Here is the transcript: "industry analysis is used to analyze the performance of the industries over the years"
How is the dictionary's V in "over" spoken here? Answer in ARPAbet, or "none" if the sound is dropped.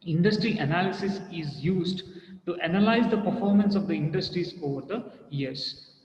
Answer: V